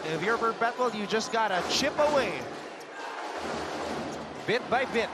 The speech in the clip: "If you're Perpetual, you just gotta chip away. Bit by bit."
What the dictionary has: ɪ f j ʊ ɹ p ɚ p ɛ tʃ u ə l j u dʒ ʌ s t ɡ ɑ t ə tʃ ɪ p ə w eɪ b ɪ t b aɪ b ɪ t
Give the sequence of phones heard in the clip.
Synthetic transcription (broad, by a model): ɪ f j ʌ ɹ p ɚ b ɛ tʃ l j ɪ dʒ ʌ s ɡ ɑ t ə tʃ ɪ p ə w eɪ b ɪ t b aɪ b ɪ t